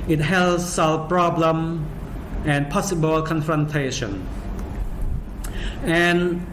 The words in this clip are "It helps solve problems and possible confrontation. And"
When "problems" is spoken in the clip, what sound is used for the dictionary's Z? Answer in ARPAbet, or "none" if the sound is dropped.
none